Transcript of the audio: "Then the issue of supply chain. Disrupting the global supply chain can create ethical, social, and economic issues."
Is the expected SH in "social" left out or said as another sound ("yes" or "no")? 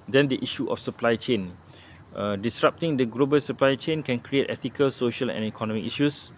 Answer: no